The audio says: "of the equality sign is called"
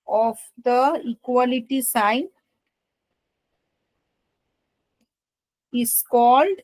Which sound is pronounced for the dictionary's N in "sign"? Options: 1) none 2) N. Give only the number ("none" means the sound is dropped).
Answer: 2